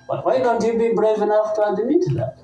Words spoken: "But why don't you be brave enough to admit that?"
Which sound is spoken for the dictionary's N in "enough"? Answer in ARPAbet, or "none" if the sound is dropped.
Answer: N